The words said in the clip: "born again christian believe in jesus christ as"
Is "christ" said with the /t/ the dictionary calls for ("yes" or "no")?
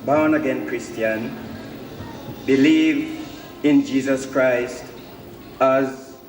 yes